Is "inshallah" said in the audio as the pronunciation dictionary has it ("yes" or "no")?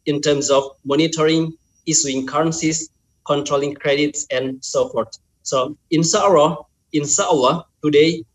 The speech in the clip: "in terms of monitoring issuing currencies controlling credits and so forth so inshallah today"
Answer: no